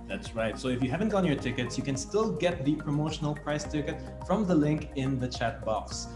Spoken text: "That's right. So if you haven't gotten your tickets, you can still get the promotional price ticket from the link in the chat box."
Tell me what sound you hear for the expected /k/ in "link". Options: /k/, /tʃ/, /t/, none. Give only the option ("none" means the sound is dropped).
/k/